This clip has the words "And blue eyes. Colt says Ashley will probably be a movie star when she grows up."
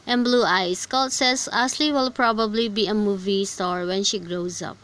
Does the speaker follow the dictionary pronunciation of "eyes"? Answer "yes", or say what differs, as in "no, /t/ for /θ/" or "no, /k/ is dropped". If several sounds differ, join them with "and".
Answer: no, /s/ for /z/